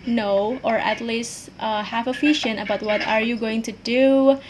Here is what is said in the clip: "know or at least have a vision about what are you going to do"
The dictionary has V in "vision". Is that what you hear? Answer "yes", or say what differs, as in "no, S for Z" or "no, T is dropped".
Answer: no, F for V